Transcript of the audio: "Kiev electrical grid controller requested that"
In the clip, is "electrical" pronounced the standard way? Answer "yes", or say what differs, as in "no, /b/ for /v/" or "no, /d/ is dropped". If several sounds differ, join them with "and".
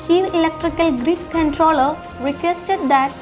yes